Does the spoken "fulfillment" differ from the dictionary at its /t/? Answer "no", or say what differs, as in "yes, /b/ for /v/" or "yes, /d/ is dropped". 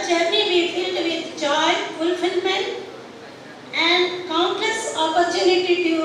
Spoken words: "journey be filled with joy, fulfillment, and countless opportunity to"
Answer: yes, /t/ is dropped